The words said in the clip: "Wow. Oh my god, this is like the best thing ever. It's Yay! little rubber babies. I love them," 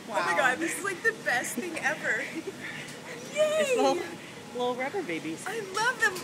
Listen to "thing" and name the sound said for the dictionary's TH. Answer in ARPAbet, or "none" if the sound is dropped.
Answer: TH